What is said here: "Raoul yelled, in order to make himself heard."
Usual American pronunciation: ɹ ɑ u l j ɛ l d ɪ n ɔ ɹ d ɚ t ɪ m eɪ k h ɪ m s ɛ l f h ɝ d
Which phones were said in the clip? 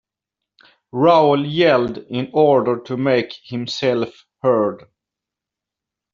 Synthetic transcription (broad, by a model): ɹ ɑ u l j ɛ l d ɪ n ɔ ɹ d ɚ t ɪ m eɪ k h ɪ m s ɛ l f h ɝ d